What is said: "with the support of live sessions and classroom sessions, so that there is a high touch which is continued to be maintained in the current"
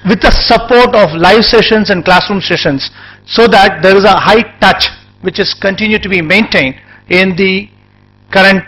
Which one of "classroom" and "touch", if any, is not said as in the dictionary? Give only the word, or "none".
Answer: none